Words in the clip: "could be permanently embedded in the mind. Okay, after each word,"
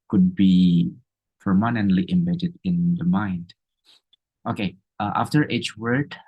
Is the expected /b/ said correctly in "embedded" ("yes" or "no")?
yes